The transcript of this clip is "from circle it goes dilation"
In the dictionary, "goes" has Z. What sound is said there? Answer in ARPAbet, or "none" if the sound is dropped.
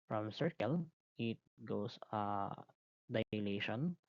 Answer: S